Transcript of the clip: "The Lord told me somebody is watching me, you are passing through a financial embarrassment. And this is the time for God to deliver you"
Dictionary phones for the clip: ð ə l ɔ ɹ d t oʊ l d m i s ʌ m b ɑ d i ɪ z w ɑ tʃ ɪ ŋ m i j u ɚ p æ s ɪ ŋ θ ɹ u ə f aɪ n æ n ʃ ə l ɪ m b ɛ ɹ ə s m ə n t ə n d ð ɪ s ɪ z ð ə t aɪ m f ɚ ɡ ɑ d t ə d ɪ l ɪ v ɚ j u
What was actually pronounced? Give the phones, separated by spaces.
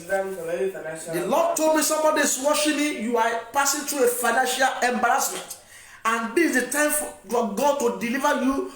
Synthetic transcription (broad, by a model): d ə l ɔ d t oʊ l d m i s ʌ m b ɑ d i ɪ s w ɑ ʃ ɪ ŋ m i j u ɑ p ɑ s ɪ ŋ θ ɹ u ə f aɪ n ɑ n ʃ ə l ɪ m b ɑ ɹ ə s m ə n t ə n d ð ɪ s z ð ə t aɪ m f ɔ ɡ ɑ d t ə d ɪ l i v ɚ j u